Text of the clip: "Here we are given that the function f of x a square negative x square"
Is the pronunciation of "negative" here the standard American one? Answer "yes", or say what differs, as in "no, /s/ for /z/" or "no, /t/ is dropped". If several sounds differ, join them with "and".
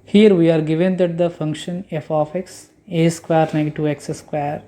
no, /v/ is dropped